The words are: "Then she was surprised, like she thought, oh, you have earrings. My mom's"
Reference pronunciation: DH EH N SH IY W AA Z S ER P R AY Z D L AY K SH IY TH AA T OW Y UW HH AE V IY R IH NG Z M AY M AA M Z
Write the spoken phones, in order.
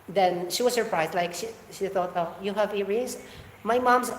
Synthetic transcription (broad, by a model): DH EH N SH IY W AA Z S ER P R AY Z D L AY K SH IY TH AA T OW Y UW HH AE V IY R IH Z M AY M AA M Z